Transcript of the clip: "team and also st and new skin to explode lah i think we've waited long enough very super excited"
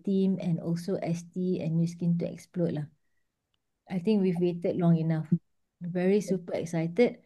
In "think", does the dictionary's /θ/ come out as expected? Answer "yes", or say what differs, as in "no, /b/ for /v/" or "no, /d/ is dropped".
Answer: no, /t/ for /θ/